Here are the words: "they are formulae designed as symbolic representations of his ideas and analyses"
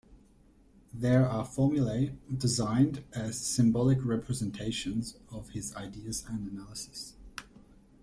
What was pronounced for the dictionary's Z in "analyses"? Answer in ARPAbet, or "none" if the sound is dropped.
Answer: S